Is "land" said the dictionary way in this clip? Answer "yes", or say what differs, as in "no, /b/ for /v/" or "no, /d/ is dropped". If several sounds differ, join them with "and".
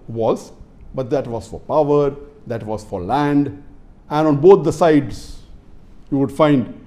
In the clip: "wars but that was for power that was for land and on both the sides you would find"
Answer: yes